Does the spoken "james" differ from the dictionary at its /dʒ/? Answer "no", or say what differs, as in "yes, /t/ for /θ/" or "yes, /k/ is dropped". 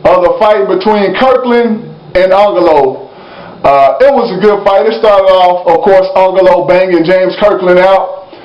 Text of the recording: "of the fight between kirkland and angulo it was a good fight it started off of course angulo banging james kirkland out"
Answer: no